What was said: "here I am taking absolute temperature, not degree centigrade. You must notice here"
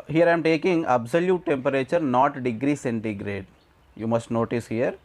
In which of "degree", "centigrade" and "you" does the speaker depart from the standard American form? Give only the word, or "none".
none